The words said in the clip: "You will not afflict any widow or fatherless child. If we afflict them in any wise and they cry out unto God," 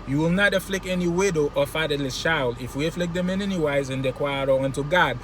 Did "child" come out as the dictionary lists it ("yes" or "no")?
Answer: no